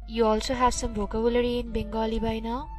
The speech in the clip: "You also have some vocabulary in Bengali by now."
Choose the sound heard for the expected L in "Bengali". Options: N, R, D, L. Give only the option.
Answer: L